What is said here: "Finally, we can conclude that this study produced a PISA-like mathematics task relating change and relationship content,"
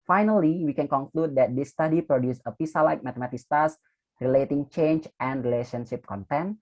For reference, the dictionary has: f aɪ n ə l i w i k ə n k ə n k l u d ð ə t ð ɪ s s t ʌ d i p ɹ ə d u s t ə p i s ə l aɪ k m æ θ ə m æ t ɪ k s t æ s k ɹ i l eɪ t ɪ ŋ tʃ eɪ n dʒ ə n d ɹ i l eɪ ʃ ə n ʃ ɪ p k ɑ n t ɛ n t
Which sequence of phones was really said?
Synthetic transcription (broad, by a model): f aɪ n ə l i w i k ə n k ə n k l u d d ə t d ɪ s s t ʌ d i p ɹ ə d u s ə p i s ə l aɪ k m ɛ t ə m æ t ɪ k s t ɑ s ɹ i l eɪ t ɪ ŋ tʃ eɪ n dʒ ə n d ɹ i l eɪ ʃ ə n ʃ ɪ p k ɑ n t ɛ n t